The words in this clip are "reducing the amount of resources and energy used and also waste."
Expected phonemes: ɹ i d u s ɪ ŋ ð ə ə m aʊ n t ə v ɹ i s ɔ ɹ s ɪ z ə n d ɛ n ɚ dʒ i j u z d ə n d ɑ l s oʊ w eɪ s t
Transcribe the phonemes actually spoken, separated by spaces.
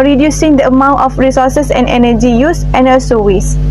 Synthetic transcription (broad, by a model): ɹ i d u s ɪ ŋ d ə ə m aʊ n t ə f ɹ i s ɔ s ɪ s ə n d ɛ n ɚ dʒ i j u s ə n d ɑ s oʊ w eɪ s